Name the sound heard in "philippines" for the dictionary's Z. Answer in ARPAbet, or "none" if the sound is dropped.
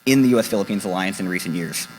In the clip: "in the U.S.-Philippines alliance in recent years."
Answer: Z